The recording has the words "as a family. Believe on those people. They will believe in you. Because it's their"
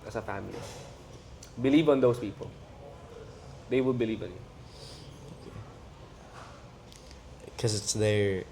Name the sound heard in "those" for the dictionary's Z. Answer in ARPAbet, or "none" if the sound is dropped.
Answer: S